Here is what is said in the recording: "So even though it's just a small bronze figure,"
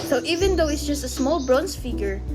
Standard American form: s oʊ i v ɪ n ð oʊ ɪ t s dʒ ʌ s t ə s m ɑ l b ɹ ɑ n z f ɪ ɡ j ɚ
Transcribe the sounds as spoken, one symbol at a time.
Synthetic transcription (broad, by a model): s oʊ i v ɪ n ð oʊ ɪ t s dʒ ʌ s t ə s m ɑ l b ɹ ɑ n s f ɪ ɡ j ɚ